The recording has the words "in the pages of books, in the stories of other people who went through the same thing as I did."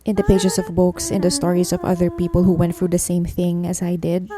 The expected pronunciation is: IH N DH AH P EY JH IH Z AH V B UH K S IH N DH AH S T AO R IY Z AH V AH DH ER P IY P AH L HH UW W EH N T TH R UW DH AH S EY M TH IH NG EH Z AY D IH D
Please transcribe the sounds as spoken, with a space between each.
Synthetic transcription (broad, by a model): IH N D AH P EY JH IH S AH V B UH K S IH N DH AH S T AO R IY S AH V AH DH ER P IY P AH L HH UW W EH N T TH R UW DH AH S EY M TH IH NG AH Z AY D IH D